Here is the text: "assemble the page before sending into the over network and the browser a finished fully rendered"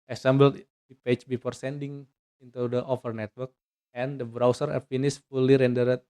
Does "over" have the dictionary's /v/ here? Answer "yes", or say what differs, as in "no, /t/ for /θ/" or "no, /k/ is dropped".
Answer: no, /f/ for /v/